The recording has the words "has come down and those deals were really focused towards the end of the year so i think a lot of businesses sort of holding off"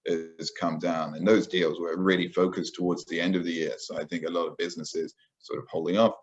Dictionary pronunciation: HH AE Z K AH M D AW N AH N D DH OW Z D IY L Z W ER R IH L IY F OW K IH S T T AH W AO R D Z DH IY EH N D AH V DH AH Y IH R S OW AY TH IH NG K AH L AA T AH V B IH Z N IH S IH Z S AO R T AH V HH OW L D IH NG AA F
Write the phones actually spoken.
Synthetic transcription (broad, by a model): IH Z K AH M D AW N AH N DH OW Z D IY L Z W ER R IH L IY F OW K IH S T T AH W AO R D Z DH IY EH N D AH V DH AH Y IH R S OW AY TH IH NG K AH L AA T AH V B IH Z N IH S IH Z S AO R T AH V HH OW L D IH NG AA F